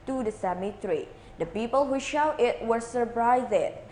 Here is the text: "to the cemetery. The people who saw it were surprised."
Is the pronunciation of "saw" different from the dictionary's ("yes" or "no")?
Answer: yes